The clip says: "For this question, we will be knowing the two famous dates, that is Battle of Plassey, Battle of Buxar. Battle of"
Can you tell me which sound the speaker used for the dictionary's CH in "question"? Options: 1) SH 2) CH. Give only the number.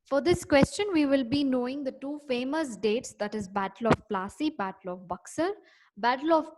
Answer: 2